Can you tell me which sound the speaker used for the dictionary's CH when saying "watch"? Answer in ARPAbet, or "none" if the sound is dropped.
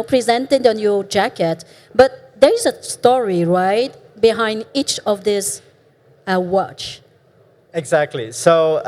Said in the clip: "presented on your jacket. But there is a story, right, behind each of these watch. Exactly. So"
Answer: CH